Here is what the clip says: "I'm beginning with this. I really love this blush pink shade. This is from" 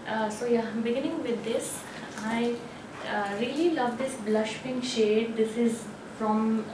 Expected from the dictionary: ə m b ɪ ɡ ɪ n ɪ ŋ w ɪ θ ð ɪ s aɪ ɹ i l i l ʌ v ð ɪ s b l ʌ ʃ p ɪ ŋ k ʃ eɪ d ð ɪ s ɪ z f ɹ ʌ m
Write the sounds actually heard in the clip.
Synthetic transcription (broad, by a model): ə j b ɪ ɡ ɪ n ɪ ŋ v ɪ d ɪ s aɪ ɹ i l i l ʌ v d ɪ s b l ʌ ʃ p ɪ ŋ ʃ eɪ d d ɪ s ɪ z f ɹ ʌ m